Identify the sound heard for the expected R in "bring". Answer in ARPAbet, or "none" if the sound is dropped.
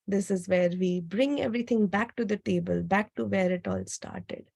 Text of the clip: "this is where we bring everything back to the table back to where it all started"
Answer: R